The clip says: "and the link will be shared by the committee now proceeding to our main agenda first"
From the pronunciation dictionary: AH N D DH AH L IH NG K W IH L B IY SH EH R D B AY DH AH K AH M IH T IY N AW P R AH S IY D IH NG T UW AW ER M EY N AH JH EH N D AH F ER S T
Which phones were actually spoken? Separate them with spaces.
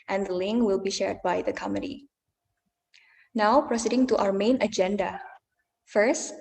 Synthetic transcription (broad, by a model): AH N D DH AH L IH NG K W IH L B IY SH EH R D B AY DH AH K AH M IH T IY N AW P R AH S IY D IH NG T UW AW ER M EY N AH JH EH N D AH F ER S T